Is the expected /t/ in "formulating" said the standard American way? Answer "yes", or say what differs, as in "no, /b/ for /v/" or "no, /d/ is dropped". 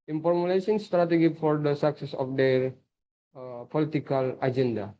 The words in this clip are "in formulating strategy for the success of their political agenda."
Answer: no, /s/ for /t/